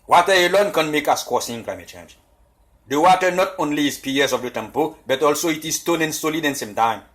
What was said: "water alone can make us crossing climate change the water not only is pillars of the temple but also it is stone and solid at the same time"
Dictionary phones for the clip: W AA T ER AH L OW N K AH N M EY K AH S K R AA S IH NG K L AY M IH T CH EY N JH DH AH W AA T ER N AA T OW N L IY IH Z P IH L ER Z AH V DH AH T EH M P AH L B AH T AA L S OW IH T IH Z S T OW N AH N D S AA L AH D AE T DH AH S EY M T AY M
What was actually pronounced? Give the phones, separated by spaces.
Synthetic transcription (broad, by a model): W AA T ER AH L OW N K AH N M EY K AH S K AA S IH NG K L AY M IH T CH EY N JH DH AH W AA T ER N AA T OW N L IY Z P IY ER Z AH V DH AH T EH M P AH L B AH T AA L S OW IH T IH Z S T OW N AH N S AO L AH D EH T S EY M T AY M